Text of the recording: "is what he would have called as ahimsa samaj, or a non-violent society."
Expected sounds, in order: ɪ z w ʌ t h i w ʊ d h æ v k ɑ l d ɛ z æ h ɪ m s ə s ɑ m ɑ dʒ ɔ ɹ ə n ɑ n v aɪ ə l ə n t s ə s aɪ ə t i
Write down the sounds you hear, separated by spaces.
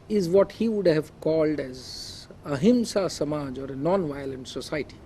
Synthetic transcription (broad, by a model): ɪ z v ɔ t h i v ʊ d h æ v k ɑ l d ɛ z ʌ h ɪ m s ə s ɑ m ɑ dʒ ɔ ɹ ə n ɑ n v aɪ ə l ə n t s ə s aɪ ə t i